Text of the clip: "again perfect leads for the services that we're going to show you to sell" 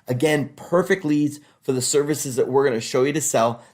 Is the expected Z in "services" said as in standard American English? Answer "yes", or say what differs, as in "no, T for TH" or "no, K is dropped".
yes